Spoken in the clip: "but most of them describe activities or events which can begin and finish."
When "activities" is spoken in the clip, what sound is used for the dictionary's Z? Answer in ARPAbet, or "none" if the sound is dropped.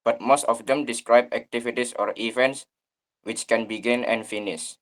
S